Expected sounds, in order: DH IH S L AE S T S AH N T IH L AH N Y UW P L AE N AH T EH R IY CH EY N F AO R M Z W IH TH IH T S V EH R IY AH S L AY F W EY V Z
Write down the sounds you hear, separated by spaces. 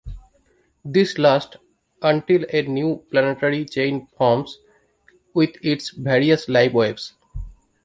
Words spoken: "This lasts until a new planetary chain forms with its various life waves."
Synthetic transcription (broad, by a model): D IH S L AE S T AH N T IH L AH N Y UW P L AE N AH T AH R IY CH EY N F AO R M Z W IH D IH T S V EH R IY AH S L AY P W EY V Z